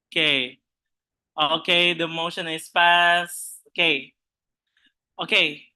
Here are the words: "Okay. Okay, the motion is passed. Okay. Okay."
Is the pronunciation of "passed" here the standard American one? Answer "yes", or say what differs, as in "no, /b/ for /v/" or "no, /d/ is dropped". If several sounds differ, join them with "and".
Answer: no, /t/ is dropped